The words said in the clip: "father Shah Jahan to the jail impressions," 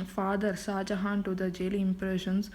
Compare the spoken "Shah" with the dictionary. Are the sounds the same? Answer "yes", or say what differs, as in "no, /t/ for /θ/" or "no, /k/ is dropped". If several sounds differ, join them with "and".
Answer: no, /s/ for /ʃ/